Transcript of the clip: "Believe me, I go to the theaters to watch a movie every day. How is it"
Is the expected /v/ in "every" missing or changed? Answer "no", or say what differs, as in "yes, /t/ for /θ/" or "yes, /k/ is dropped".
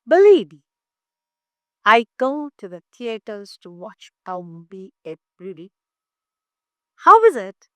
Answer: yes, /b/ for /v/